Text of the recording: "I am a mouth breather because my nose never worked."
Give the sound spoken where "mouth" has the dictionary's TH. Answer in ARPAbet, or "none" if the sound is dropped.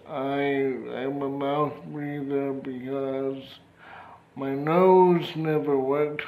TH